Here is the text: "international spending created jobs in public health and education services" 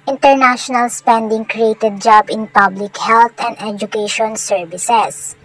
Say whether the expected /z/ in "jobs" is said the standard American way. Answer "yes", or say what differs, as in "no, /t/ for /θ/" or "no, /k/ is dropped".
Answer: no, /z/ is dropped